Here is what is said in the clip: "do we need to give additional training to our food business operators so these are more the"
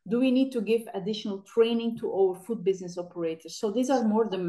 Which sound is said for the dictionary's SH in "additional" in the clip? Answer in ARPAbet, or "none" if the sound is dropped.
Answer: SH